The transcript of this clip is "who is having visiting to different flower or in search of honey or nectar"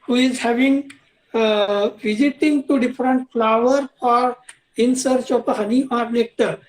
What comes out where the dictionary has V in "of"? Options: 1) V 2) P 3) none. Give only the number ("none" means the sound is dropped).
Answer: 2